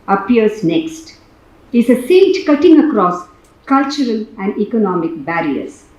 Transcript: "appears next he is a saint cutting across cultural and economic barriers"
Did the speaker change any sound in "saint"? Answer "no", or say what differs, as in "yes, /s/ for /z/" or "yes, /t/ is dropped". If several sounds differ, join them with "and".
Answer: yes, /n/ is dropped